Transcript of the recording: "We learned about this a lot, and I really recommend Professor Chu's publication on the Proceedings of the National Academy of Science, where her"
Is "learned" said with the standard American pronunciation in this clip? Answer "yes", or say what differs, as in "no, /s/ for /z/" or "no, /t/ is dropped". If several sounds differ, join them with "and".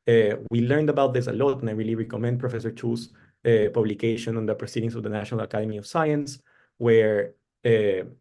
yes